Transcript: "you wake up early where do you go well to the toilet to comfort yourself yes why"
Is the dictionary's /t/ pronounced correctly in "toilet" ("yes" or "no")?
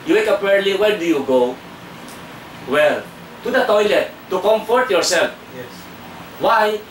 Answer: yes